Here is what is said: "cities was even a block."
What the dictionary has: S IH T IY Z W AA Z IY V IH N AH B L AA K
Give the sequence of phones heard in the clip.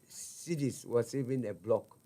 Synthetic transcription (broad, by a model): S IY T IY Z W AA S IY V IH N AH B L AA K